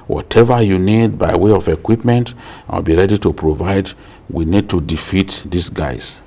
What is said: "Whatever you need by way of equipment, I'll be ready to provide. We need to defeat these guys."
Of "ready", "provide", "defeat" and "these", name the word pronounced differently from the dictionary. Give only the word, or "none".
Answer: these